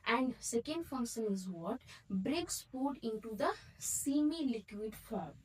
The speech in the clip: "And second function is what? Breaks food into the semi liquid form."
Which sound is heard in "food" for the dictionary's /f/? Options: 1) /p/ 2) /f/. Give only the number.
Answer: 1